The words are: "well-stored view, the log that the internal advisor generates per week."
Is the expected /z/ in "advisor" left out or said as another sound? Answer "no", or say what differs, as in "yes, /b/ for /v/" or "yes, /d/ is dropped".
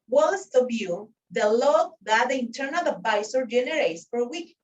yes, /s/ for /z/